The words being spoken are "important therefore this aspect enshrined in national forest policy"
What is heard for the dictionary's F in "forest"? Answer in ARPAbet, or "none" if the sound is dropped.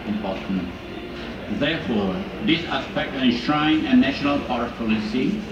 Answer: P